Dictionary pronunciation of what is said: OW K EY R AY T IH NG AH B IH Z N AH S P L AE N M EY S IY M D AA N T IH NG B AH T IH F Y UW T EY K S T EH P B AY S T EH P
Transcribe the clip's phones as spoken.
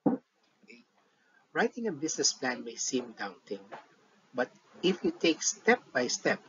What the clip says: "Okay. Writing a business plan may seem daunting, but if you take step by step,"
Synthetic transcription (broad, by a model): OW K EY R AY T IH NG AH B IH S N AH S P L AE N M EY S IY M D AA N T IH NG B AH T IH F Y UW T EY K S T EH P B AY S T EH P